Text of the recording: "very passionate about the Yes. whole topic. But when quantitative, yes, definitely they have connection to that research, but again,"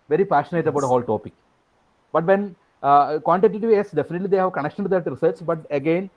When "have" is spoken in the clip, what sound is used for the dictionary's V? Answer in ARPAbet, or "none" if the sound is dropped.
V